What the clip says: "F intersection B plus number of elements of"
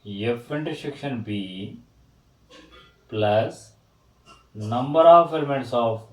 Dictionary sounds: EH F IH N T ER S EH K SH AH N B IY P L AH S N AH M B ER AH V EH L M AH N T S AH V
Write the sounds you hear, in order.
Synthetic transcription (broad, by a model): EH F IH N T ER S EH K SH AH N B IY P L AH S N AH M B ER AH F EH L M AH T S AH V